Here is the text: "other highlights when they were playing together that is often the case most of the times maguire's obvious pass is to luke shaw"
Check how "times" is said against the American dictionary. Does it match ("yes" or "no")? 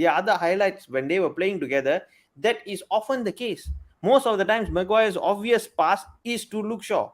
no